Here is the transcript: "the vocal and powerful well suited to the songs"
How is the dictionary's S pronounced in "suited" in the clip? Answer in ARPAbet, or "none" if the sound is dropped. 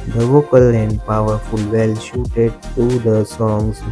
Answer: SH